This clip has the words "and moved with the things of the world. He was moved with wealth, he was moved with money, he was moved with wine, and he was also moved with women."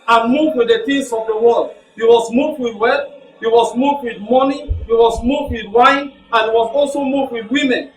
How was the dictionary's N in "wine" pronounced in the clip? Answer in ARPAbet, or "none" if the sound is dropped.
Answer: N